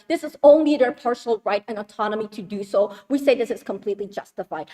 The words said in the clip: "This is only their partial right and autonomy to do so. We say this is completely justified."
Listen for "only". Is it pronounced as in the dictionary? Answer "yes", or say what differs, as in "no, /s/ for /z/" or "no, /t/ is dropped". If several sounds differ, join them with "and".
yes